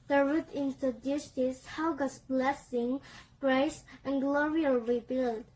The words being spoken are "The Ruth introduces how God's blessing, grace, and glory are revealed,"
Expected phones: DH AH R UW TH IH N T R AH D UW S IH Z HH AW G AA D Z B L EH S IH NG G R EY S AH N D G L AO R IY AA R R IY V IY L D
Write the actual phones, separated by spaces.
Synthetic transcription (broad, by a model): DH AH R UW T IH N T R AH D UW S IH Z HH AW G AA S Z B L EH S IH NG G R EY S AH N G L AO R IY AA L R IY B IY L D